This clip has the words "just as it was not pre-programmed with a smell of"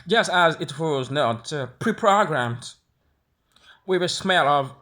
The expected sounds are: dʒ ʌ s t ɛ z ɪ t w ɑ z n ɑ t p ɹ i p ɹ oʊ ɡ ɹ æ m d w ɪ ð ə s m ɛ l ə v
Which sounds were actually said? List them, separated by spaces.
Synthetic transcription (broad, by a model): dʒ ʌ s t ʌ z ɪ t w ɑ z n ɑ t p ɹ i p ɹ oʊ ɡ ɹ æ m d w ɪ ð ə s m ɛ l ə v